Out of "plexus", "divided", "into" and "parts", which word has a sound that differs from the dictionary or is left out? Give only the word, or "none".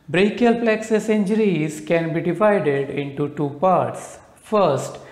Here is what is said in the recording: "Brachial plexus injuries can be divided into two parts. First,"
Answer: none